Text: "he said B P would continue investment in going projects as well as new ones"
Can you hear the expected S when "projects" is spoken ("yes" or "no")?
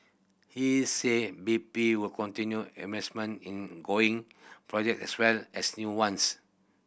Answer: no